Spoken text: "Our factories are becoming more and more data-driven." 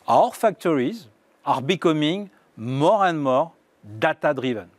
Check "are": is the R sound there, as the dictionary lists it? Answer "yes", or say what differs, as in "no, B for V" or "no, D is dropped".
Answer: yes